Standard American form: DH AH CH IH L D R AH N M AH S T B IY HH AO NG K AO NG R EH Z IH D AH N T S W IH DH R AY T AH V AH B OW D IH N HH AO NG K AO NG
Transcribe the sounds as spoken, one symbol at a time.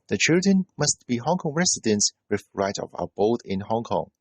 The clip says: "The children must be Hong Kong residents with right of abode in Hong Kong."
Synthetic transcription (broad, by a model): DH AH CH IH L D R AH N M AH S T B IY HH AO NG K AO NG R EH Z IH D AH N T S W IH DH R AY T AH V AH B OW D IH N HH AO NG K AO NG